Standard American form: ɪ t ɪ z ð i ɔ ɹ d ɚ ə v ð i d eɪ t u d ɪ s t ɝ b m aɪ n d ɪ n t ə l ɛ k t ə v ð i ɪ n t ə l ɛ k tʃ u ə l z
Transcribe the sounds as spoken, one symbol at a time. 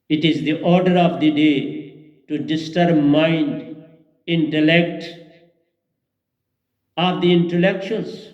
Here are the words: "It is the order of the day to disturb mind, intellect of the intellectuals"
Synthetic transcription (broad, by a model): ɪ t ɪ z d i ɔ ɹ d ɚ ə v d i d eɪ t u d ɪ s t ɝ b m aɪ n d ɪ n t ə l ɛ k t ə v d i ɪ n t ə l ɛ k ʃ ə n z